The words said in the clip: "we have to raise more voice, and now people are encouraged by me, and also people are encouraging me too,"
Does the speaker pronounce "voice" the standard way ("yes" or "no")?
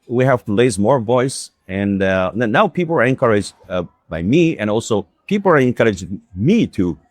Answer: yes